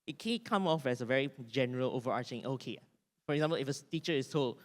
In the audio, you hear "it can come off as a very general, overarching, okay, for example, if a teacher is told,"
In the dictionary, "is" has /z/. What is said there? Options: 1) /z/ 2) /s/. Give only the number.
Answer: 2